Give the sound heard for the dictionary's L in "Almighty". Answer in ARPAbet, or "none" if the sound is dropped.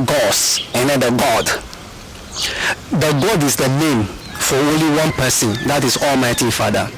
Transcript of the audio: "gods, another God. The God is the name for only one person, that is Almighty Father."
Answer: L